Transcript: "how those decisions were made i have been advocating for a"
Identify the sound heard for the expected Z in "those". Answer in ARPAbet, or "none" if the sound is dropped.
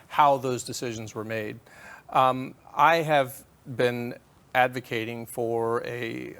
Z